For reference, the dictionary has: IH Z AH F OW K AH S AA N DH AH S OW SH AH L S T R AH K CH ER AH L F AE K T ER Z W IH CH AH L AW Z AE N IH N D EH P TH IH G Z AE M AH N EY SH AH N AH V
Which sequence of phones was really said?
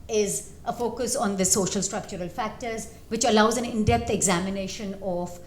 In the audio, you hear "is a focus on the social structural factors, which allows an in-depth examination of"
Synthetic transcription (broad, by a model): IH Z AH F OW K AH S AA N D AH S OW SH AH L S T R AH K CH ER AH L F AE K T ER Z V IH CH AH L AW Z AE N IH N D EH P T IH G Z AE M AH N EY SH AH N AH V